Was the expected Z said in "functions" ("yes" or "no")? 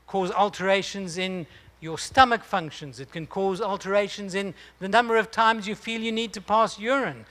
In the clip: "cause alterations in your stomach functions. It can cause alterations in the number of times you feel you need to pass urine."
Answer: yes